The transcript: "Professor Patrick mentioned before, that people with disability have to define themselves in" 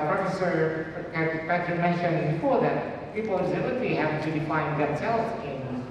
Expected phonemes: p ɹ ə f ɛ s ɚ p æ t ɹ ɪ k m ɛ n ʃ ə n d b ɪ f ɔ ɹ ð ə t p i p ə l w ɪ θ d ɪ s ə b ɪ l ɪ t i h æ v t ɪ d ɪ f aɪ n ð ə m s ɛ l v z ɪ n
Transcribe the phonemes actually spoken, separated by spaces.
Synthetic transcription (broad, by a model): p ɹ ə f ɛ s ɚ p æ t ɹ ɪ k m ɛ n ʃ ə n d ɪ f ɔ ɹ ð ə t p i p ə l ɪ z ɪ ə i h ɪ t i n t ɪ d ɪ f aɪ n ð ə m s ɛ l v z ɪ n